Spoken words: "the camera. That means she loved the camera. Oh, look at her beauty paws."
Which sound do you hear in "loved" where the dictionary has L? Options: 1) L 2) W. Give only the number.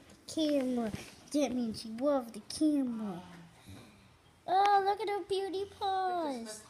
2